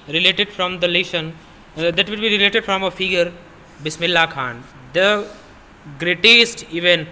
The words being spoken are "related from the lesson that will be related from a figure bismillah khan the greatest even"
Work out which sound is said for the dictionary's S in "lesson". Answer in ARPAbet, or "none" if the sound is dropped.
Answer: SH